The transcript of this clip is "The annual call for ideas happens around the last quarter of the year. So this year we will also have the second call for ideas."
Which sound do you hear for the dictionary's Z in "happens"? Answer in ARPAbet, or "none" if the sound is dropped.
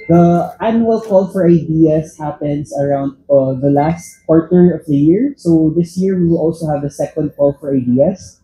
S